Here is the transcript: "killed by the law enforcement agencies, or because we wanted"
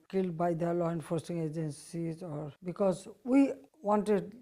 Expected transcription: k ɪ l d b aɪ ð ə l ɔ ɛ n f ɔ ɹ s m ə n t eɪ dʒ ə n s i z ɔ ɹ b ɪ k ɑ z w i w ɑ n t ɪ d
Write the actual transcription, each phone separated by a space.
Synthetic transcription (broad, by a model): k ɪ l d b aɪ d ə l ɔ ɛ n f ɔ ɹ s ə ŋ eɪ dʒ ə n s i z ɔ ɹ b ɪ k ɑ z w i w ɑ n t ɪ d